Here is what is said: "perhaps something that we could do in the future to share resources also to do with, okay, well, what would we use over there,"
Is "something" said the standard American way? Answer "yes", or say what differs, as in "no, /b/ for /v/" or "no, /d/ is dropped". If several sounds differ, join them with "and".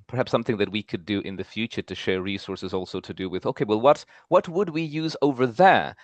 yes